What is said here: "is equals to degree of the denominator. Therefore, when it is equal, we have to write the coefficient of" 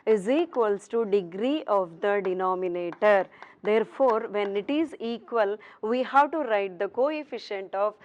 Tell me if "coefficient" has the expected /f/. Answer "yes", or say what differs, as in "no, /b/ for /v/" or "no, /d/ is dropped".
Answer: yes